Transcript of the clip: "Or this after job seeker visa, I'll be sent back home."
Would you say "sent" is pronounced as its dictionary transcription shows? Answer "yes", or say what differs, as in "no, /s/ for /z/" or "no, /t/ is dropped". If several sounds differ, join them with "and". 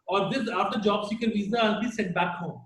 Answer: no, /n/ is dropped